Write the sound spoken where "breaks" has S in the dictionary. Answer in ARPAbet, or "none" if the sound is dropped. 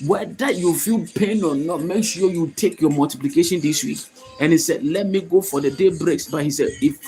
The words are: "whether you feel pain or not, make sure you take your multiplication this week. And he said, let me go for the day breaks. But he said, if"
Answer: S